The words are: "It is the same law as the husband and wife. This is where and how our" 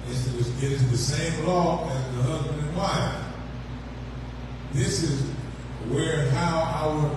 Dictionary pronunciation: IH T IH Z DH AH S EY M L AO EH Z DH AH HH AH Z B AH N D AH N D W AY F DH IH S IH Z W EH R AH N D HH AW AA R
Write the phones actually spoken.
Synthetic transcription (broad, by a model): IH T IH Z DH AH S EY M L AO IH Z DH AH HH AH Z B AH N D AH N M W AY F DH IH S IH Z W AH R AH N HH AW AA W